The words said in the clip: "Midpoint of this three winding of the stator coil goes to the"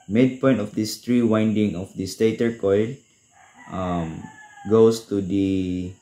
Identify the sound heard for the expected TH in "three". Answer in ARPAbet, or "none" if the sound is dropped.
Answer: T